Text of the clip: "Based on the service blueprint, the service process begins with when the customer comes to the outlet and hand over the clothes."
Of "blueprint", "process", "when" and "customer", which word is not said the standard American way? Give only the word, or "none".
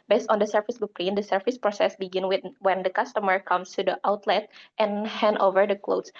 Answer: blueprint